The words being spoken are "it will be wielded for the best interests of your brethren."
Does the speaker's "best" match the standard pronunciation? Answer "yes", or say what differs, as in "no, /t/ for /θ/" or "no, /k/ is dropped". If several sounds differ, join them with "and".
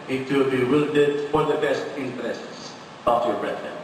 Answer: yes